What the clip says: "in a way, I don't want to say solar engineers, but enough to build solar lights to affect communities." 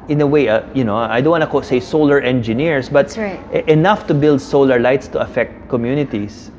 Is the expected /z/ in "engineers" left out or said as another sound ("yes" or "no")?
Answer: yes